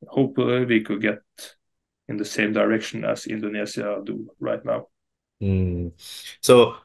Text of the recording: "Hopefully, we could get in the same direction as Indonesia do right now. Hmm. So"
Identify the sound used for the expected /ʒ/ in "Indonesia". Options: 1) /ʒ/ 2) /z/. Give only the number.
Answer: 2